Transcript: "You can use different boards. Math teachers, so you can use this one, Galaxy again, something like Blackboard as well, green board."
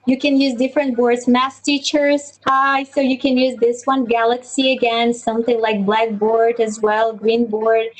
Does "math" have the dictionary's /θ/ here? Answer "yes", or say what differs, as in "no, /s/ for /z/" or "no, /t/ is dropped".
no, /s/ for /θ/